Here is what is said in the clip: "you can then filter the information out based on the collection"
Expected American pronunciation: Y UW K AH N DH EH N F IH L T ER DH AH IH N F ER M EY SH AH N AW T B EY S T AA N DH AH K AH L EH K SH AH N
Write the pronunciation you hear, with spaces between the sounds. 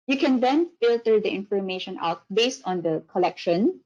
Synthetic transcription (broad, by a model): Y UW K AH N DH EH N F IH L T ER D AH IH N F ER M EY SH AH N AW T B EY S T AA N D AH K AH L EH K SH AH N